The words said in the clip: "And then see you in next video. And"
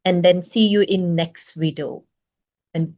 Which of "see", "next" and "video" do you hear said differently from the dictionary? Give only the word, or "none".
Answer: video